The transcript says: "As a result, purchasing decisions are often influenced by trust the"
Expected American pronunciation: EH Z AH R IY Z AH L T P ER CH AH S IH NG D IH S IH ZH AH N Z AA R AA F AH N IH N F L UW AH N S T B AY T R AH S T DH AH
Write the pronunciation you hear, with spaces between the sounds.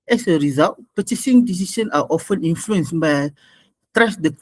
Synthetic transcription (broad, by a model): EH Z AH R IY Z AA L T P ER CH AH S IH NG D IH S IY SH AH N AA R AA F AH N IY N F L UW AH N S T B AY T R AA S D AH